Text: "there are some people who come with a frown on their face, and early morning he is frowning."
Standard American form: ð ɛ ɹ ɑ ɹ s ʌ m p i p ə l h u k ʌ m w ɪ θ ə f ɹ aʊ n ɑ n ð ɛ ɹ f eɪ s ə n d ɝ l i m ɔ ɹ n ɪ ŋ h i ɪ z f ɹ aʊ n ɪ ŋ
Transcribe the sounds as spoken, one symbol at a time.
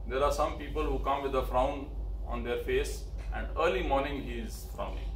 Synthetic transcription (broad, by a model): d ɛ ɹ ɑ ɹ s ʌ m p i p ə l h u k ʌ m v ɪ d ə f ɹ aʊ n ɑ n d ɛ ɹ f eɪ s ə n d ɝ l i m ɔ ɹ n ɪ ŋ h i ɪ z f ɹ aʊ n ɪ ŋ